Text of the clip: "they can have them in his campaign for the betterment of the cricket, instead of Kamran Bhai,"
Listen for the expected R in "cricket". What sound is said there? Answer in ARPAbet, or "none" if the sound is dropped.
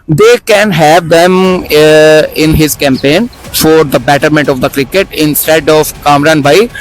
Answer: R